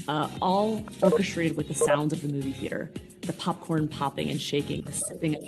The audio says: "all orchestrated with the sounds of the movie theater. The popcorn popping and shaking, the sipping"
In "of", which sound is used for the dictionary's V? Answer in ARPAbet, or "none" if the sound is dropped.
V